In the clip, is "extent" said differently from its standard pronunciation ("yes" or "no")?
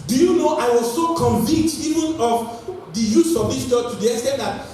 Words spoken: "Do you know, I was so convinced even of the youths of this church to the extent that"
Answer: yes